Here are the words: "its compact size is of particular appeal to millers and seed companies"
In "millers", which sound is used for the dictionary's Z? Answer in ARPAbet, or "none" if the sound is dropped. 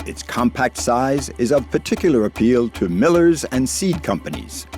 Z